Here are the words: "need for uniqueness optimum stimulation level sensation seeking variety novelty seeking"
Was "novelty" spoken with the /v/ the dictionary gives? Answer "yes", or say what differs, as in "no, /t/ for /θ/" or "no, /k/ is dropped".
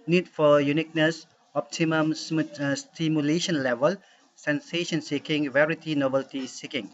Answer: no, /b/ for /v/